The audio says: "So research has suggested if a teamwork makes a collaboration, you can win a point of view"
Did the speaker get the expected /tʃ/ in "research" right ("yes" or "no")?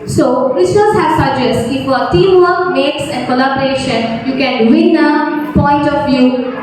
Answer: no